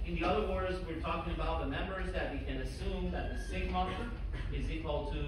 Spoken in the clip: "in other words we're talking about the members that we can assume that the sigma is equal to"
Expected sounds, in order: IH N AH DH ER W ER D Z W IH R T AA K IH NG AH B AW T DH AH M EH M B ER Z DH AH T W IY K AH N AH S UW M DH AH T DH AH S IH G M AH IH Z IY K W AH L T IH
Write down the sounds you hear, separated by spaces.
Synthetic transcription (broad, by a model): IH N AH DH ER W ER D Z W IH R T AA K IH NG AH B AW T DH AH M EH M B ER Z DH AH T W IY K AH N AH S UW M DH AH T DH AH S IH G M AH IH Z IY K W AH L T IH